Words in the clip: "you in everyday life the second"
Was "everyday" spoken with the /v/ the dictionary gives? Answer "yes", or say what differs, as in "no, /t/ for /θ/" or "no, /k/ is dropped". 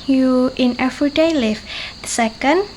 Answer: no, /f/ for /v/